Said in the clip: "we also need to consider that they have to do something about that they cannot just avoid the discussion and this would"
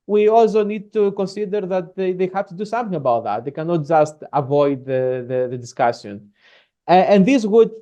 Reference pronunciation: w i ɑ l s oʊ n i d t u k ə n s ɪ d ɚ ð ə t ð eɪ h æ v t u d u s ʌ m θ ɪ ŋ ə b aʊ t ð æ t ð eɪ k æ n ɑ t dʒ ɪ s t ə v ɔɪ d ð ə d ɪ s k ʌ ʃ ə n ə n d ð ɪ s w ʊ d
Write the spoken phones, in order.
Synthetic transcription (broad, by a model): w i ɑ l s oʊ n i d t u k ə n s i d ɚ ð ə t ð eɪ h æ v t u d u s ʌ m θ ɪ ŋ ə b aʊ t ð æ t ð eɪ k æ n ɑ t dʒ ɪ s t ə v ɔɪ d ð ə d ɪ s k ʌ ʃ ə n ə n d ð ɪ s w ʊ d